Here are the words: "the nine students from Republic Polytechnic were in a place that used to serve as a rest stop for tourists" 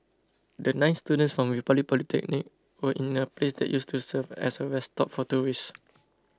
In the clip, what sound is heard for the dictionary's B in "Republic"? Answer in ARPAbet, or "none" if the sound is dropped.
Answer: none